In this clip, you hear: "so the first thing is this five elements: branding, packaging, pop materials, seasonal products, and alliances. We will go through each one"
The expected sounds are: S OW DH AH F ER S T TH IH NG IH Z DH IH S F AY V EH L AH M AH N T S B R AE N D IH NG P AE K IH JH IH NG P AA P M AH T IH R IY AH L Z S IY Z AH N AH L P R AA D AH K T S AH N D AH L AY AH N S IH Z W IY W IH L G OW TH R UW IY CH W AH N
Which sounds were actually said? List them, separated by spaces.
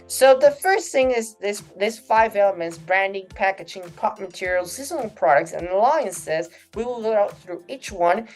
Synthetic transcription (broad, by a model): S OW DH AH F ER S T TH IH NG IH Z DH IH S F AY V EH L AH M AH N T S B R AE N D IH NG P AE K IH JH IH NG P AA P M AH T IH R IY L S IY Z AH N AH L P R AA D AH K T S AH N AH L AY AH N S IH Z W IY W IH L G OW TH R UW IY CH W AH N